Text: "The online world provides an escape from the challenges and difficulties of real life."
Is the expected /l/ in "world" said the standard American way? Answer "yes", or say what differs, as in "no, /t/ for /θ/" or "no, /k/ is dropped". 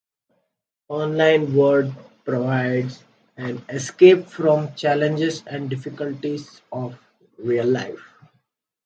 no, /l/ is dropped